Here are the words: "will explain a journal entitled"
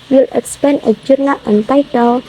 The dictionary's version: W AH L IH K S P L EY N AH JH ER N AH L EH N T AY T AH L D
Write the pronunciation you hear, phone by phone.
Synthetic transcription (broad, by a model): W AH L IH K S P EY N AH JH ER N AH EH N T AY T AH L